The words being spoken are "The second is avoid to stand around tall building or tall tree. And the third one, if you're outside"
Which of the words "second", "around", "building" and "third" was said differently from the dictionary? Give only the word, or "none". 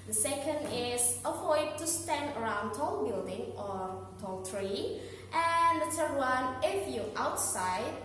third